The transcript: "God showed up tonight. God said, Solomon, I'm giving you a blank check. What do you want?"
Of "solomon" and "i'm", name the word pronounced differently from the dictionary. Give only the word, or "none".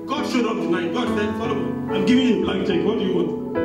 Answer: solomon